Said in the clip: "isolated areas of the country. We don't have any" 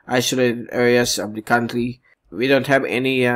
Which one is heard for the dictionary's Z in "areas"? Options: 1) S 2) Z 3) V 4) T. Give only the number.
1